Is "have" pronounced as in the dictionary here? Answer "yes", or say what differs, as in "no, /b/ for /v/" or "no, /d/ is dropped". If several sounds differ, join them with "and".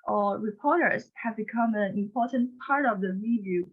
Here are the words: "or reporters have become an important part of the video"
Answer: yes